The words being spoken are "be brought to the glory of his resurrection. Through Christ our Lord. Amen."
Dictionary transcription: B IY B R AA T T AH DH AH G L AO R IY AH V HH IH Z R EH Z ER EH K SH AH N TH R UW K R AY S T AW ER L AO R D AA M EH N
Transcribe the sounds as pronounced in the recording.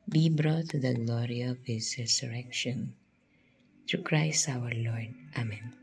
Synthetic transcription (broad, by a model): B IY B R AA T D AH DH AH G L AO R IY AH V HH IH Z R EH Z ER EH K SH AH N T R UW K R AY S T AW ER L AO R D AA M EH N